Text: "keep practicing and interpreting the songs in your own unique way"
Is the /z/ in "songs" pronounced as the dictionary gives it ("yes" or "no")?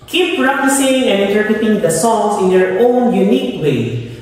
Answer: no